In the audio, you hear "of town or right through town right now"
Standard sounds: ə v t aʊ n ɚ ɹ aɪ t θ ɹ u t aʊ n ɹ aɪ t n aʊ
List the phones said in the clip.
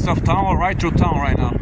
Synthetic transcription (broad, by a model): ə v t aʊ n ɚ ɹ aɪ t t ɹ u t aʊ n ɹ aɪ t n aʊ